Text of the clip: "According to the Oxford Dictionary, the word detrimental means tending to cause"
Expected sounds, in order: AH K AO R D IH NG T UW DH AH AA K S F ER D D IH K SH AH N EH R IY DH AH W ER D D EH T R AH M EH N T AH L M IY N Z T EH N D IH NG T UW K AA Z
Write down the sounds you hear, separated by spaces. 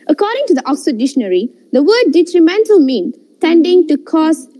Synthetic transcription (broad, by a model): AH K AO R D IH NG T UW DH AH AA K S ER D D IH SH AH N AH R IY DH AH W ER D D EH T R AH M EH N T AH L M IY N T EH N D IH NG T UW K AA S